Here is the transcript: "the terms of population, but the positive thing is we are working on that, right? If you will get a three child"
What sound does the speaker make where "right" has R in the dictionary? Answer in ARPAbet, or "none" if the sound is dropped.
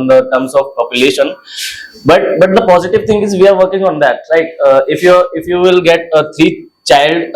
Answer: L